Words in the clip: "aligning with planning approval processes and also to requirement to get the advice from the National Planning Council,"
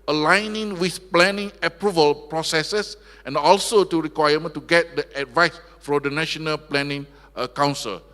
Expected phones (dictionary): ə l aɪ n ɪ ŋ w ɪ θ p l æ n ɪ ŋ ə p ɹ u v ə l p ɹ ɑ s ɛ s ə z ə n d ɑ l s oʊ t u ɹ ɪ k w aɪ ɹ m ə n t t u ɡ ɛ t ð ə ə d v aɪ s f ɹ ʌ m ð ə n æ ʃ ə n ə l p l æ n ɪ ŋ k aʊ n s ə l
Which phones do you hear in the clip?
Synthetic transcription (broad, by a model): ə l aɪ n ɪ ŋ w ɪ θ p l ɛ n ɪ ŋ ə p ɹ u v ə l p ɹ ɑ s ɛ s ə s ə n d ɑ l s oʊ t u ɹ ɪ k w aɪ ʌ m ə n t t u ɡ ɛ t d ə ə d v aɪ s f ɹ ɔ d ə n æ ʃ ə n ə l p l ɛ n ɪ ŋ k aʊ n s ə l